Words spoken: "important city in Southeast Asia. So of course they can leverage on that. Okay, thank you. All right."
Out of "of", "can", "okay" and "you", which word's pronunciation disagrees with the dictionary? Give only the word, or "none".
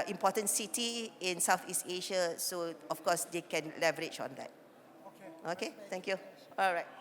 of